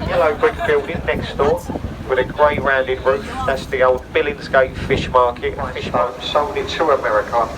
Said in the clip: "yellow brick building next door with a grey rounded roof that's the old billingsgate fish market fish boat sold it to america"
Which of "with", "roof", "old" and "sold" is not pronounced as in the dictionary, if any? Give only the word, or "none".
sold